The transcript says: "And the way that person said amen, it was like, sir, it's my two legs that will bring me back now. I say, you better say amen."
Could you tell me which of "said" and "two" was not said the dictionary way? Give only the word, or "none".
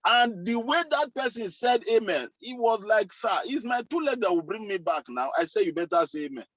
none